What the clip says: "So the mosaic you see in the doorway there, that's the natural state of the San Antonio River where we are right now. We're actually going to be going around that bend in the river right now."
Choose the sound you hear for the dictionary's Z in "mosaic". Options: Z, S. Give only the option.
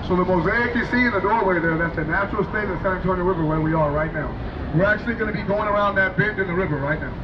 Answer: Z